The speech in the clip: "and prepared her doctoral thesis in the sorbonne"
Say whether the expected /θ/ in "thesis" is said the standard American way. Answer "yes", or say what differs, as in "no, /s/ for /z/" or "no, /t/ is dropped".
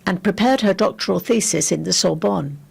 yes